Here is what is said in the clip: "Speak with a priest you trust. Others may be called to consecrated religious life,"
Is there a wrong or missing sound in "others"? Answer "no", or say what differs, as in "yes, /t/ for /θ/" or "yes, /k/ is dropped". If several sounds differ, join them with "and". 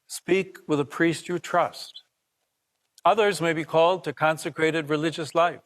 no